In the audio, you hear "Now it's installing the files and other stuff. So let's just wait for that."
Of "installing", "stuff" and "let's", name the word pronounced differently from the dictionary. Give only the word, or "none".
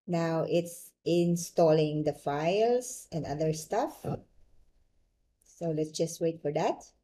none